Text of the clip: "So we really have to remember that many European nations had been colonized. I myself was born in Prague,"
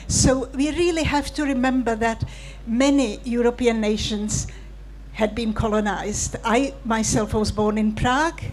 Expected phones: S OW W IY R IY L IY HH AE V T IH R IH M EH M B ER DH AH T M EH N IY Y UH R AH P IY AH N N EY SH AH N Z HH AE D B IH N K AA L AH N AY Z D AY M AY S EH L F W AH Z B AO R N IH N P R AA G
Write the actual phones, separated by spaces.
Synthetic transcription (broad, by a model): S OW W IY R IY L IY HH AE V T IH R IH M EH M B ER DH AH T M EH N IY Y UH R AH P IY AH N N EY SH AH N Z HH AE D B IH N K AA L AH N AY Z D AY M AY S EH L F W AH Z B AO R N IH N P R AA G